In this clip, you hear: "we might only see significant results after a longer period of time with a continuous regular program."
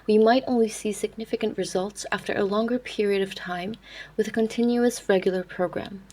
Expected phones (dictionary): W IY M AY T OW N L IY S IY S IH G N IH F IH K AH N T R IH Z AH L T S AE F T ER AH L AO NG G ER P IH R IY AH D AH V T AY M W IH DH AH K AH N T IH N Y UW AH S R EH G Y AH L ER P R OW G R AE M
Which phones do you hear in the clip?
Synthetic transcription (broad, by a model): W IY M AY T OW N L IY S IY S IH G N IH F IH K AH N T R IH Z AH L T S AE F T ER AH L AO NG G ER P IH R IY AH D AH V T AY M W IH DH AH K AH N T IH N Y UW AH S R EH G Y L ER P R OW G R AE M